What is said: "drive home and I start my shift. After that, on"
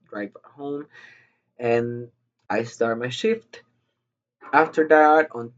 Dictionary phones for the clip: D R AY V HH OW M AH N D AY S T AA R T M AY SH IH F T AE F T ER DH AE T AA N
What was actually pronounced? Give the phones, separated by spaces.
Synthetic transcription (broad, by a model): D R AY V HH OW M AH N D AY S T AA R T M AY SH IH F T AE F T ER DH AE T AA N